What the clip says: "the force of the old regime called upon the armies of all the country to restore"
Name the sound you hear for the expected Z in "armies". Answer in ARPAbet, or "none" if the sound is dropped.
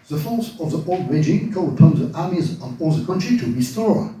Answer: Z